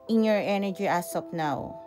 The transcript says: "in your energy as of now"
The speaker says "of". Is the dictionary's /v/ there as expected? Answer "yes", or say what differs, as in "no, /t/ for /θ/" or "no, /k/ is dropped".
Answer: no, /p/ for /v/